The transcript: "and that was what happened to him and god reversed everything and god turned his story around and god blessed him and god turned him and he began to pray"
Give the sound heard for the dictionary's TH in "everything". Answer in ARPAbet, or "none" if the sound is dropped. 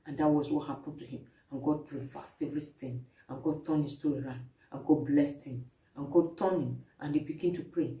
S